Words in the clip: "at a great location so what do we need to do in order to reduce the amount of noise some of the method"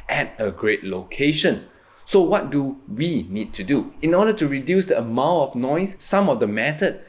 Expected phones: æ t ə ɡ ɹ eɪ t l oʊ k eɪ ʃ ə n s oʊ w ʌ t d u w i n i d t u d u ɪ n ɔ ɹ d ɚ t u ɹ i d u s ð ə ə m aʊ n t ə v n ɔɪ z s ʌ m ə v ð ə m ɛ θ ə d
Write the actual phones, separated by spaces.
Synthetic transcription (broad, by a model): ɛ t ə ɡ ɹ eɪ t l oʊ k eɪ ʃ ə n s oʊ w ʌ t d u w i n i d t u d u ɪ n ɔ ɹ d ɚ t u ɹ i d u s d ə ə m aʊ t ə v n ɔɪ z s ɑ m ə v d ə m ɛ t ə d